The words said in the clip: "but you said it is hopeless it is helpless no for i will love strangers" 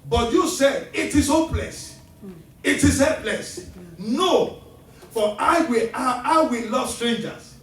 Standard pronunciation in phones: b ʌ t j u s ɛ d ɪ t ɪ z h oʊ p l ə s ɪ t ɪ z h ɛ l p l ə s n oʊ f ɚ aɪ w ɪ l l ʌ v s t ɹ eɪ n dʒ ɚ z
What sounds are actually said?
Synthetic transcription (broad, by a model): b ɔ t j u s ɛ d ɪ t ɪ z h oʊ p l ə s ɪ t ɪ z h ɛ p l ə s n oʊ f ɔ aɪ w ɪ w l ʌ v s t ɹ eɪ n dʒ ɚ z